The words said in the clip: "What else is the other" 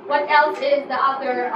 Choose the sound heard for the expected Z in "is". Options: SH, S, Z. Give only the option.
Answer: Z